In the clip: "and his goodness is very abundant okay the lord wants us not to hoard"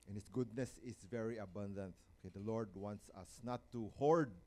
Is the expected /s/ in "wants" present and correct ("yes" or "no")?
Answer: yes